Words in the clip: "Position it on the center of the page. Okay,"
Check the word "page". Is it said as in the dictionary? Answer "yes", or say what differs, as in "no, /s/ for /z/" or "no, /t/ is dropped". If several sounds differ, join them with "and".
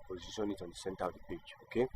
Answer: no, /b/ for /p/